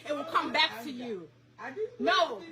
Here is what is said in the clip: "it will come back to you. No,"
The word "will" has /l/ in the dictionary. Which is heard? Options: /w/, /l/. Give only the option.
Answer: /l/